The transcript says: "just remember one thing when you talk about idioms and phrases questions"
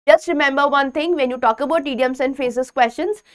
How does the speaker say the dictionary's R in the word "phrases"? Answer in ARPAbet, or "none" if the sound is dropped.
none